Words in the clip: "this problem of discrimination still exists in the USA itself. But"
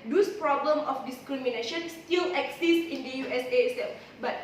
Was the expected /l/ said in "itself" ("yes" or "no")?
no